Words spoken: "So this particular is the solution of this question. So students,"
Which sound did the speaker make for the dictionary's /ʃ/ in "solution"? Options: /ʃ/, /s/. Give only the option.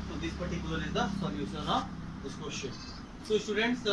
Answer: /s/